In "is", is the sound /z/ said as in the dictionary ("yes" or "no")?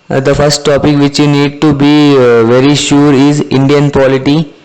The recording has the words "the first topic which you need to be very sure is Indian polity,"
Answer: yes